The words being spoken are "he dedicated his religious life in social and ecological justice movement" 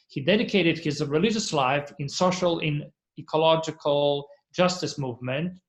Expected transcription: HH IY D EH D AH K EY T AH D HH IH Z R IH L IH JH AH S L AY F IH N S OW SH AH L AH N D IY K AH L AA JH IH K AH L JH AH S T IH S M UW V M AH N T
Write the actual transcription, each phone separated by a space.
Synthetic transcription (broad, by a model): HH IY D EH D AH K EY T AH D HH IH Z R IH L IH JH AH S L AY F IH N S OW SH AH L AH N IY K AH L AA JH IH K AH L JH AH S T IH S M UW V M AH N T